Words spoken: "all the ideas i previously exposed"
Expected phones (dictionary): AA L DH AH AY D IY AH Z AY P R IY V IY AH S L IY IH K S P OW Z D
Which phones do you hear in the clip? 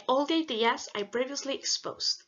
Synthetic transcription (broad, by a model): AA L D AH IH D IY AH S AY B R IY V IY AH S L IY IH K S P OW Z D